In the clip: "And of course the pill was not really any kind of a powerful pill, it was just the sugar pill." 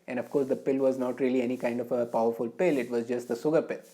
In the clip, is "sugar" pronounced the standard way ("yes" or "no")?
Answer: no